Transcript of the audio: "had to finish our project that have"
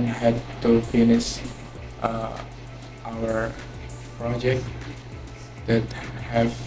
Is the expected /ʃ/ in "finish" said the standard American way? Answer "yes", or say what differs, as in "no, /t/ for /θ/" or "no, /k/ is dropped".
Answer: no, /s/ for /ʃ/